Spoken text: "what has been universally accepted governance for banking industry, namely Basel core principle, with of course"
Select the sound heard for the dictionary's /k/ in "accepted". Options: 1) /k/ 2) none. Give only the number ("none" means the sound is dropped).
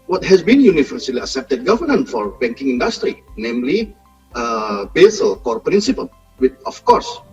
2